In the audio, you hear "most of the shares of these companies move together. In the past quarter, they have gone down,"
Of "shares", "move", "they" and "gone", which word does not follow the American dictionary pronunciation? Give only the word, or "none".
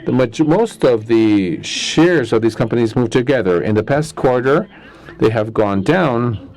none